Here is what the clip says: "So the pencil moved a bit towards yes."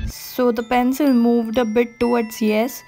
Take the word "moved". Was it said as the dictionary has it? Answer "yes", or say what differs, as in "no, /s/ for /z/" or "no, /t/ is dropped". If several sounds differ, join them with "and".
yes